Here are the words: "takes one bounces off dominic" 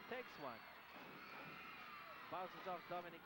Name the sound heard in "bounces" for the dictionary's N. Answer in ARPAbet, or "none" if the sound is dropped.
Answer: none